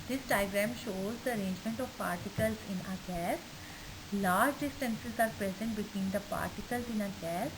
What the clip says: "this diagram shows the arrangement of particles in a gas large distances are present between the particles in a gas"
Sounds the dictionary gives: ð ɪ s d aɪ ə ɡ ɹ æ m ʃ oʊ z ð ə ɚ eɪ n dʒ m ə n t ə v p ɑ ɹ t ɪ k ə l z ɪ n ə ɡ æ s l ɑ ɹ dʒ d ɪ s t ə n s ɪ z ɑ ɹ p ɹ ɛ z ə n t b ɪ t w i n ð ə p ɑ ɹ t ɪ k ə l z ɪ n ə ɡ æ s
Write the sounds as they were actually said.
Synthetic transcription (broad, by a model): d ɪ s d aɪ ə ɡ ɹ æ m ʃ oʊ z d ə ɚ eɪ n dʒ m ə n t ə v p ɑ ɹ t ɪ k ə l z ɪ n ə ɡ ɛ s l ɑ ɹ dʒ d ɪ s t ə n s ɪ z ɑ ɹ p ɹ ɛ z ə n t b ɪ t w i n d ə p ɑ ɹ t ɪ k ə l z ɪ n ə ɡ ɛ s